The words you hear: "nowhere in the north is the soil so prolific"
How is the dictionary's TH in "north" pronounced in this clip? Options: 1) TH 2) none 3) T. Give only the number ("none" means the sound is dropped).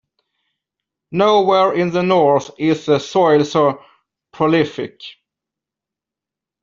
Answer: 1